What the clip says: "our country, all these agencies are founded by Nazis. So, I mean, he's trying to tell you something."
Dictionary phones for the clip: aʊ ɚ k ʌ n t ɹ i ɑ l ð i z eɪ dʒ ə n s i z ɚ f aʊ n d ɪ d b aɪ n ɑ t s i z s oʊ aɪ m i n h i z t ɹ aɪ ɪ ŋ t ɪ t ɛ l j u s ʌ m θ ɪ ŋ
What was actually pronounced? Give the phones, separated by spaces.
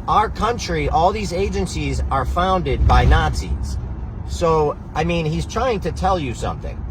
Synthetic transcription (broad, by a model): aʊ ɚ k ʌ n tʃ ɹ i ɑ l ð i z eɪ dʒ ə n s i z ɚ f aʊ n d ɪ d b aɪ n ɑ t s i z s oʊ aɪ m i n h i z t ɹ aɪ ɪ ŋ t ɪ t ɛ l j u s ʌ m θ ɪ ŋ